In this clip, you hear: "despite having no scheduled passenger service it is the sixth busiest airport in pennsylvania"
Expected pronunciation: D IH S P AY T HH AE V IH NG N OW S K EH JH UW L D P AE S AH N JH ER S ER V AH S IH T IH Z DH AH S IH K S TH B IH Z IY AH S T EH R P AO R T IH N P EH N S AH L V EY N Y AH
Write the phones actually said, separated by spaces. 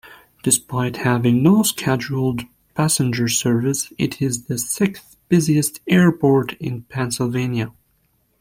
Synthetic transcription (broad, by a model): D IH S P AY T HH AE V IH NG N OW S K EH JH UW L D P AE S AH N JH ER S ER V AH S IH T IH Z DH AH S IH K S TH B IH Z IY AH S T EH R P AO R T IH N P EH N S AH L V EY N Y AH